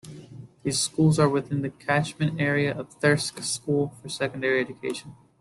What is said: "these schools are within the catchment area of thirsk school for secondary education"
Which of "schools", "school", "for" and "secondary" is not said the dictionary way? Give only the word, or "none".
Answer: none